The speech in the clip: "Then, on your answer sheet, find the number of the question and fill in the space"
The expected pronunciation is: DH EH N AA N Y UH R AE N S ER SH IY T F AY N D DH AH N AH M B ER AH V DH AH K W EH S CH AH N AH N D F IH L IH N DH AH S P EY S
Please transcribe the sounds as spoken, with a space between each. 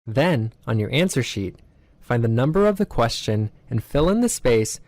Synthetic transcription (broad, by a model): DH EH N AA N Y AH R AE N S ER SH IY T F AY N DH AH N AH M B ER AH V DH AH K W EH S CH AH N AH N F IH L IH N DH AH S P EY S